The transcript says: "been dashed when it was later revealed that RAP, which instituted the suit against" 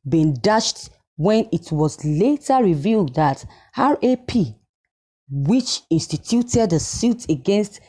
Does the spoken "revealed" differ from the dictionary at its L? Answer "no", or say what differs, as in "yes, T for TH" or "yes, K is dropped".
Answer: no